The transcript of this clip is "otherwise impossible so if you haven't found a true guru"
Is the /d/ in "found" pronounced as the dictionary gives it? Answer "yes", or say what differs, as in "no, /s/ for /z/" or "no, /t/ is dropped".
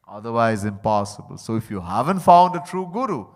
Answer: yes